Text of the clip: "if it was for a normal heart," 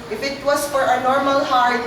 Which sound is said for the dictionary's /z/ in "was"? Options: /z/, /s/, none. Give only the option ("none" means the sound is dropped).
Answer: /s/